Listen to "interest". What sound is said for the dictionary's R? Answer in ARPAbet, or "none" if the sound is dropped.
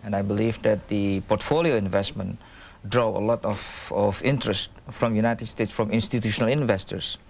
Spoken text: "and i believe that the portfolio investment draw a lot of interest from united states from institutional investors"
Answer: R